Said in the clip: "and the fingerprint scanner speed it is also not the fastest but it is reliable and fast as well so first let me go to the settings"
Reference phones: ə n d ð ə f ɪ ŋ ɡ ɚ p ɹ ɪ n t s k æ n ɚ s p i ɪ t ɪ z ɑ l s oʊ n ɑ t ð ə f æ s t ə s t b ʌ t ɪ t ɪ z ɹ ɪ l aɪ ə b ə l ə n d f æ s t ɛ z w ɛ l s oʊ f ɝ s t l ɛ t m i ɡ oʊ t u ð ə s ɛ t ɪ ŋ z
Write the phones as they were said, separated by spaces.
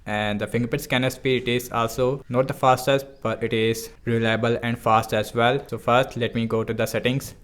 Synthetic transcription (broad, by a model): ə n d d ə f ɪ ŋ ɡ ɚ p ɪ t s k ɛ n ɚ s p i ɪ t ɪ z ɑ l s oʊ n ɑ t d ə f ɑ s t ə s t b ʌ t ɪ t ɪ z ɹ ɪ l aɪ ə b ə l ə n d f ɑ s t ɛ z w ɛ l s oʊ f ɝ s t l ɛ t m i ɡ oʊ t u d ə s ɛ t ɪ ŋ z